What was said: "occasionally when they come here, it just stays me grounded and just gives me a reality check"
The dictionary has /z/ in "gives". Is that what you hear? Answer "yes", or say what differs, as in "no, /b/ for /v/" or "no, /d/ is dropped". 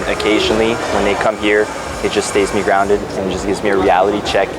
yes